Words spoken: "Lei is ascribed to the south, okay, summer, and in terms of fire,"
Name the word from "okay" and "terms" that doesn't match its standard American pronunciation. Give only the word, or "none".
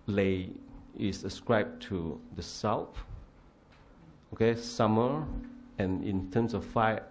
terms